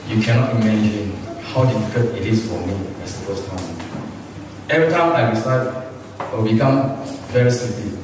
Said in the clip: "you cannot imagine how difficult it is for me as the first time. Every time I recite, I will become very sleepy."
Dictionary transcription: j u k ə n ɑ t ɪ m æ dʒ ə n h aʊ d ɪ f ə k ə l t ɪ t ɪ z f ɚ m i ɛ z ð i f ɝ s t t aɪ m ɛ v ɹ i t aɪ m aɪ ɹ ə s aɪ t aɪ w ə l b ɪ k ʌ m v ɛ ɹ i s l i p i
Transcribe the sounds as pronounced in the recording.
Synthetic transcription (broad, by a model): j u k ə n ɑ t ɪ m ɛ dʒ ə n h aʊ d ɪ f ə k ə t ɪ t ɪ s f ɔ m i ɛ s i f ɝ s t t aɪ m ɛ v ɹ i t aɪ m aɪ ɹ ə s aɪ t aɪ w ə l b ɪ k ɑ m v ɛ ɹ i s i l i